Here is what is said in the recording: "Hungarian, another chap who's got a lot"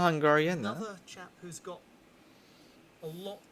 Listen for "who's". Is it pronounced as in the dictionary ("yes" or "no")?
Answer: yes